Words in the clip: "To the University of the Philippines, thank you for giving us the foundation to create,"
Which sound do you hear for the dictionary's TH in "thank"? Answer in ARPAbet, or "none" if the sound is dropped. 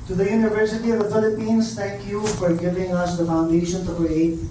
T